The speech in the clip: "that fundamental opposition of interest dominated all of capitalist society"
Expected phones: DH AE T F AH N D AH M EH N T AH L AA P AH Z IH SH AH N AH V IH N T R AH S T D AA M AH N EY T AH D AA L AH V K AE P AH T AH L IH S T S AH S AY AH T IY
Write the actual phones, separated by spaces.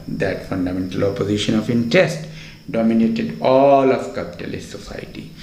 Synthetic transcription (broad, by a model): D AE T F AH N D AH M EH N T AH L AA P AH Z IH SH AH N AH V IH N T AH S T D AA M AH N EY T AH D AA L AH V K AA P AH T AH L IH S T S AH S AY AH T IY